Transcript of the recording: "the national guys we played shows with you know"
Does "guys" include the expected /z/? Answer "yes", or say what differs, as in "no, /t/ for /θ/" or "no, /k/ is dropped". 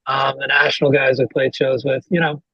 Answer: yes